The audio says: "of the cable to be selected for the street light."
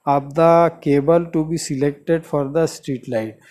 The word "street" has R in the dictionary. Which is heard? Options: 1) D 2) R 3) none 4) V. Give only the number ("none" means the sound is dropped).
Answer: 2